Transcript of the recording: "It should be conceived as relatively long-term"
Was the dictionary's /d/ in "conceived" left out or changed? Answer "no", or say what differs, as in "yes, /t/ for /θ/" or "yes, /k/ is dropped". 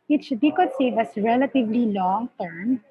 yes, /d/ is dropped